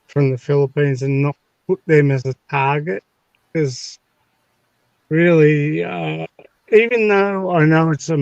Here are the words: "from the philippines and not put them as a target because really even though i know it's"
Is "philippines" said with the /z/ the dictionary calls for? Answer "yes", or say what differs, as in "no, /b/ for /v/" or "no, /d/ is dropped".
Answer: yes